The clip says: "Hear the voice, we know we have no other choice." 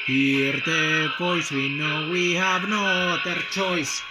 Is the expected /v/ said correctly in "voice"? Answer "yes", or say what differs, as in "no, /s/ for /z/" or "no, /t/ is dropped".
no, /p/ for /v/